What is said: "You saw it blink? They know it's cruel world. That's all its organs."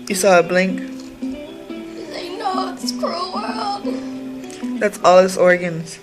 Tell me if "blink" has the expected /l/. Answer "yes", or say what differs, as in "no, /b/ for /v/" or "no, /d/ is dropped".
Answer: yes